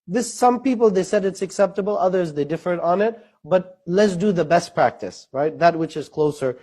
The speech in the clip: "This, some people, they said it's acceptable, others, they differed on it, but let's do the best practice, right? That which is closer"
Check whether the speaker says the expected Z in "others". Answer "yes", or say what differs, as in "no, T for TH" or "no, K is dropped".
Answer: yes